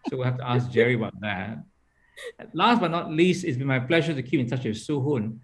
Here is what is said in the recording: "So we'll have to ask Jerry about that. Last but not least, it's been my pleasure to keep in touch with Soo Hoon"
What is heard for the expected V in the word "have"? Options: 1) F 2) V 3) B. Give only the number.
1